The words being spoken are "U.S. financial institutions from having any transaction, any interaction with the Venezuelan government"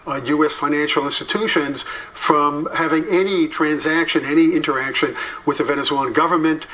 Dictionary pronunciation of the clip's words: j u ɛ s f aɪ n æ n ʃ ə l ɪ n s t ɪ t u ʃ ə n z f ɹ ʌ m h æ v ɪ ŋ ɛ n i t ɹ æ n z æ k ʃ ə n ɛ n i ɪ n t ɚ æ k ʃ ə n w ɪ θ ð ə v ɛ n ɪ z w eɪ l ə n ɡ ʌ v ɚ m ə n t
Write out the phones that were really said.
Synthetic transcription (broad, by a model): j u ɛ s f aɪ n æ n ʃ l ɪ n s t ɪ t u ʃ ə n z f ɹ ʌ m h æ v ɪ ŋ ɛ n i t ɹ æ n z æ k ʃ ə n ɛ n i ɪ n t ɚ æ k ʃ ə n w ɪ ð ə v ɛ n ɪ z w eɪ l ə n ɡ ʌ v ɚ m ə n t